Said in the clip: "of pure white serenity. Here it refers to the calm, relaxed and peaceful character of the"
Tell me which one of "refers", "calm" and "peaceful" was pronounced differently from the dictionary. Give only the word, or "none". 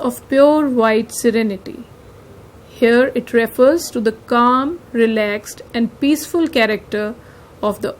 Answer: none